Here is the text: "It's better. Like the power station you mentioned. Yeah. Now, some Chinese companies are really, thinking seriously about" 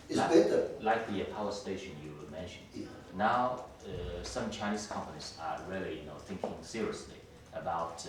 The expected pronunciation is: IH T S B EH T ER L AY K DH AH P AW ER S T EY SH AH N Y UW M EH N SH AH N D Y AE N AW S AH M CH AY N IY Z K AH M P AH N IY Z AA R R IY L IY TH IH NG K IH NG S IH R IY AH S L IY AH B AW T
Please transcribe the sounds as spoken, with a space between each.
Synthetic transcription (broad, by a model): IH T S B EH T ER L AY K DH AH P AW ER S T EY SH AH N Y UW M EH N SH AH N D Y N AW S AH M CH AY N IY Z K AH M P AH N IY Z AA R L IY N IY TH IH NG K IH NG S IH R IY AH S L IY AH B AW T